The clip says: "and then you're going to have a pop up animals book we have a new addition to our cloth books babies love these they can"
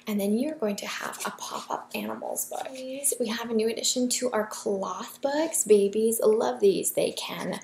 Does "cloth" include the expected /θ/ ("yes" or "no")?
yes